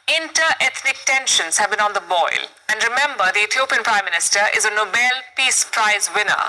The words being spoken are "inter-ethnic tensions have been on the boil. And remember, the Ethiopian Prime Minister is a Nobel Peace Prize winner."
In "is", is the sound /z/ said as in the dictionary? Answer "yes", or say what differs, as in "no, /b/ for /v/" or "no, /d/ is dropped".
yes